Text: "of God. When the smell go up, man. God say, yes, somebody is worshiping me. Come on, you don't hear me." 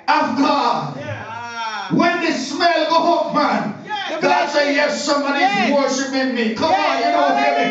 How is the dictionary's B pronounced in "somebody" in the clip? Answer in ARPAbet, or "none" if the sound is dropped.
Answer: none